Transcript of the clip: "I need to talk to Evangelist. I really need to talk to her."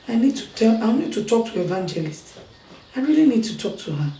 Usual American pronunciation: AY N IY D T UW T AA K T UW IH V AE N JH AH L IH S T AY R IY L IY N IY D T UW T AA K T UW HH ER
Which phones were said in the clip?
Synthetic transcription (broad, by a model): AY N IY D T UW T AA K T UW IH V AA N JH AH L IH S T AY R IY L IY N IY D T UW T AA K T UW HH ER